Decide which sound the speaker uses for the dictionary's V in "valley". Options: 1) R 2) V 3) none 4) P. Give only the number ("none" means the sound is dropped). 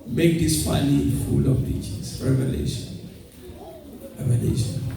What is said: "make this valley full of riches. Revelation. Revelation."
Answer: 4